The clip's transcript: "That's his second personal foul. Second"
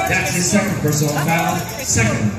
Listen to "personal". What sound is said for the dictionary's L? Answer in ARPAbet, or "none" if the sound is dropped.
N